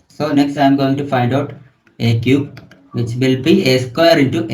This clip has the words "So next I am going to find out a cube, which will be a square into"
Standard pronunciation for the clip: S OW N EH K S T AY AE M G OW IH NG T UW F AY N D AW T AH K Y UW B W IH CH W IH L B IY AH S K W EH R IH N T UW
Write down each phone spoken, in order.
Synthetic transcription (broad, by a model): S OW N EH K S T AY M G OW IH NG T UW F AY N D AW T AH K Y UW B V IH CH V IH L B IY AH S K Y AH R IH N T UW